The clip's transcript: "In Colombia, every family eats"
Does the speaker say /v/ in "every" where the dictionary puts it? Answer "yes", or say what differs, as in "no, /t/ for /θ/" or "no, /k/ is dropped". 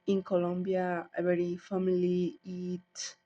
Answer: no, /v/ is dropped